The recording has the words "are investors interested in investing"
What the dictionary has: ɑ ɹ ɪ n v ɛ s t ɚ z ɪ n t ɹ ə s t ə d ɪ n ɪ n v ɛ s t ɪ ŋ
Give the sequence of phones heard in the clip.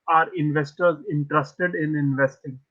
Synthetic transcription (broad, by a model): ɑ ɹ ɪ n v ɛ s t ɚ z ɪ n t ɹ ə s t ə d ɪ n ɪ n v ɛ s t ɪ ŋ